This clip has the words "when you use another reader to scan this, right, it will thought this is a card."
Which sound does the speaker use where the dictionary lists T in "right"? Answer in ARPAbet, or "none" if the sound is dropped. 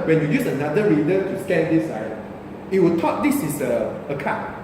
none